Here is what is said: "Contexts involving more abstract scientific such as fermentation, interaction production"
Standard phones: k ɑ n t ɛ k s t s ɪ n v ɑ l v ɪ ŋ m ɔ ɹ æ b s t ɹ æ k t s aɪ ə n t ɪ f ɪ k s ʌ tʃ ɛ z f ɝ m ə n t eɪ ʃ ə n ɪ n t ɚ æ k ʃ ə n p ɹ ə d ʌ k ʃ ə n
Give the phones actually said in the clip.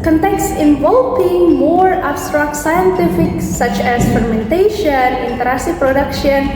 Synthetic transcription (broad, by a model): k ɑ n t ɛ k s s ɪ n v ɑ l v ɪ ŋ m ɔ ɹ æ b s t ɹ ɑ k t s aɪ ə n t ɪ f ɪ k s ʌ tʃ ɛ s f ɝ m ə n t eɪ ʃ ə n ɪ n t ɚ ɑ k s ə p ɹ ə d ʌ k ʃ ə n